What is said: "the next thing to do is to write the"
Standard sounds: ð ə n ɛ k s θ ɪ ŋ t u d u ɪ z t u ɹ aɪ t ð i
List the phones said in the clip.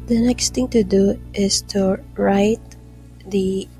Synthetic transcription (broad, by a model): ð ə n ɛ k s t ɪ ŋ t u d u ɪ s t u ɹ aɪ t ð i